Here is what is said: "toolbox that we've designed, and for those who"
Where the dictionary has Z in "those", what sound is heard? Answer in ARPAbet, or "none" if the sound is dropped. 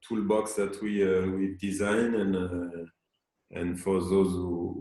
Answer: Z